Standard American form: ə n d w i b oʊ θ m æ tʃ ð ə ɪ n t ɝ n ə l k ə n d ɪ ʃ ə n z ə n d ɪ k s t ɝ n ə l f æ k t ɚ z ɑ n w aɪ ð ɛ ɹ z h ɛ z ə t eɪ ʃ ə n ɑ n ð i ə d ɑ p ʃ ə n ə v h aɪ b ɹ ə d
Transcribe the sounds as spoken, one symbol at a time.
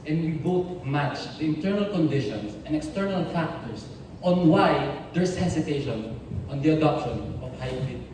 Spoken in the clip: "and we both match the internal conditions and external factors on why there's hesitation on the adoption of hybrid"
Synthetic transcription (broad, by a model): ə n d w i b oʊ t m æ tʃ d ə ɪ n t ɝ n ə l k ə n d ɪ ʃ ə n s ə n d ɪ k s t ɝ n ə l f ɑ k t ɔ s ɑ n w aɪ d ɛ ɹ s h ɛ s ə t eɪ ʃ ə n ɑ n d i ə d ɑ p ʃ ə n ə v h aɪ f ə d